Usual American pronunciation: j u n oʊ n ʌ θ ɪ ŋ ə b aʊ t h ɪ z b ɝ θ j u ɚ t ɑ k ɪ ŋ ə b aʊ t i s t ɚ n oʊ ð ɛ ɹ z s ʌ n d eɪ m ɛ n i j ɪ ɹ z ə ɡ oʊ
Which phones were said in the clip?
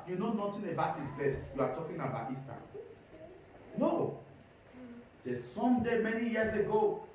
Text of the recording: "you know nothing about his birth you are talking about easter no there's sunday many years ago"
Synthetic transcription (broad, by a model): j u n oʊ n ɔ t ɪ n ə b aʊ t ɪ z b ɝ t j u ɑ t ɑ k ɪ ŋ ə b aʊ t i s t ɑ n oʊ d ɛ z s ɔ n d eɪ m ɛ n i j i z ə ɡ oʊ